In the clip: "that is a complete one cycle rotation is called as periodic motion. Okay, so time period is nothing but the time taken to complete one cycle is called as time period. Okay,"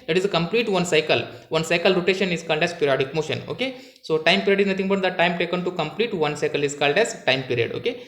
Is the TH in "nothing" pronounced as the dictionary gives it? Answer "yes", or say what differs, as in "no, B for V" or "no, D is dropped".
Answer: no, T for TH